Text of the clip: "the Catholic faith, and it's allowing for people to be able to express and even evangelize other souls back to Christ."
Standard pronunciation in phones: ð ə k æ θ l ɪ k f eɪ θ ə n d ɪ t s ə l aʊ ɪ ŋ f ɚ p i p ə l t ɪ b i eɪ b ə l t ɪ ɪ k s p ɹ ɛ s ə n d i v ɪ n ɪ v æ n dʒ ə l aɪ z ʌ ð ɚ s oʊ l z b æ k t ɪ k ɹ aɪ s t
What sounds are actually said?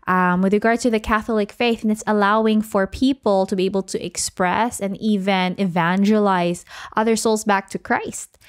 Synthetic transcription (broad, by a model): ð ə k æ θ l ɪ k f eɪ θ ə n ɪ t s ə l aʊ ɪ ŋ f ɚ p i p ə l t ɪ b i eɪ b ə l t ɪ ɪ k s p ɹ ɛ s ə n i v ɪ n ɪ v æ n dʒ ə l aɪ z ʌ ð ɚ s oʊ l z b æ k t ɪ k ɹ aɪ s t